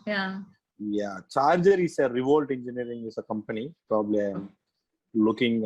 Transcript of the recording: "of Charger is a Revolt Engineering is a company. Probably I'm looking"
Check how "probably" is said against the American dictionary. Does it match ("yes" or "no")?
yes